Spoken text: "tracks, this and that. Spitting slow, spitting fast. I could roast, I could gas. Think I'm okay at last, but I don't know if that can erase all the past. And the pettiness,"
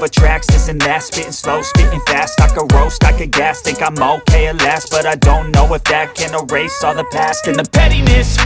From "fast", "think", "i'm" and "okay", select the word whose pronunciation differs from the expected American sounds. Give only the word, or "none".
think